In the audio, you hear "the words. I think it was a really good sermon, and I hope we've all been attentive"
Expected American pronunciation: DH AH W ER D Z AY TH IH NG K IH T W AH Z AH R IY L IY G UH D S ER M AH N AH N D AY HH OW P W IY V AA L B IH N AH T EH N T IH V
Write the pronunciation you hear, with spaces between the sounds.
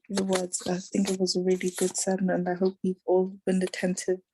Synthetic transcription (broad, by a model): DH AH W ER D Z AY TH IH NG K IH T W AH Z AH R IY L IY G UH D S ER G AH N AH N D AY HH OW P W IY V AA L B IH N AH T EH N T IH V